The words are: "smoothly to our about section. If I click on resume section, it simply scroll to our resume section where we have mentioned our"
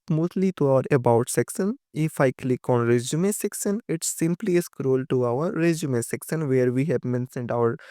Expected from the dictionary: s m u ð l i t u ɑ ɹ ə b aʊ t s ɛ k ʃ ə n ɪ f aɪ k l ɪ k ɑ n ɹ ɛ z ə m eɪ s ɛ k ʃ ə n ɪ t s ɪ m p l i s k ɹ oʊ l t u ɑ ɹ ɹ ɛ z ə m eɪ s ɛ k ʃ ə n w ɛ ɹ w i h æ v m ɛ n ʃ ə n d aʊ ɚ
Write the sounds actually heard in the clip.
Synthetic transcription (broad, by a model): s m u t l i t u ɑ ɹ ə b aʊ t s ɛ k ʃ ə n ɪ f aɪ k l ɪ k ɑ n ɹ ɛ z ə m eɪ s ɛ k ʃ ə n ɪ t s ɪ m p l i s k ɹ oʊ l t u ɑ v ɹ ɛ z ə m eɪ s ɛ k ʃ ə n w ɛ ɹ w i h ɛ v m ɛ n s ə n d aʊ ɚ